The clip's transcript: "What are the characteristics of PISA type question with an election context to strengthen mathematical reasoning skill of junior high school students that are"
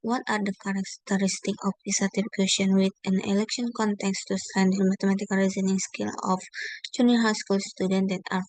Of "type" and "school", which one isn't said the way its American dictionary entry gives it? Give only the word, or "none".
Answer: type